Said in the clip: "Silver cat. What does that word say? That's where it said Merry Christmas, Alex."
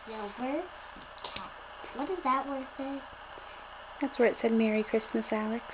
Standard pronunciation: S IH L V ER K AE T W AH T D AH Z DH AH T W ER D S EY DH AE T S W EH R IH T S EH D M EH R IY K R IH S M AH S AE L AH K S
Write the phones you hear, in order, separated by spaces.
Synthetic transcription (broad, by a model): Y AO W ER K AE W AH T D AH Z DH AH T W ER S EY DH AE T S W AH R IH T S EH D M EH R IY K R IH S M AH S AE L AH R